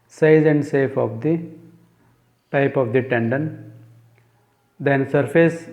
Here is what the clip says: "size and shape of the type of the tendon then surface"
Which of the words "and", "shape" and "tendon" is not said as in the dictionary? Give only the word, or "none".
shape